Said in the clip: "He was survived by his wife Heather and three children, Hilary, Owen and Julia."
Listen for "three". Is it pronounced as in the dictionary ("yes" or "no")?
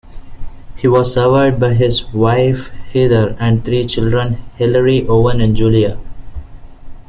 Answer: no